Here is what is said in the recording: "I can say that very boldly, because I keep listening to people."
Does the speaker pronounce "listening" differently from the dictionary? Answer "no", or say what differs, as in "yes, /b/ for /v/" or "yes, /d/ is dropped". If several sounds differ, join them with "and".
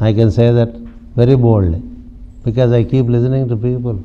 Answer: no